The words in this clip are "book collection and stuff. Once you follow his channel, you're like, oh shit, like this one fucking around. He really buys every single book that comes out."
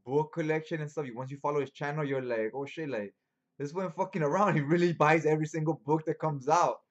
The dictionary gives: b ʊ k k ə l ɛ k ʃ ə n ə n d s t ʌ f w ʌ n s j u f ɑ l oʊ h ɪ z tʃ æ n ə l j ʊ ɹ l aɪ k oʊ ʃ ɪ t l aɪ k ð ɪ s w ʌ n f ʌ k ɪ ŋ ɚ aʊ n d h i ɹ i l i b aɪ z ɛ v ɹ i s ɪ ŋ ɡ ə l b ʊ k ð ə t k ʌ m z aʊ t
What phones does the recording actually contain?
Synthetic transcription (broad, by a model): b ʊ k k ə l ɛ k ʃ ə n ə n s t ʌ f w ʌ n s j u f ɑ l oʊ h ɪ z tʃ æ n ə l j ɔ l aɪ k oʊ ʃ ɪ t l aɪ k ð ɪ s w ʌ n f ʌ k ɪ ŋ ɚ aʊ n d h i ɹ i l i b aɪ z ɛ v ɹ i s ɪ ŋ ɡ ə l b ʊ k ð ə t k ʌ m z aʊ t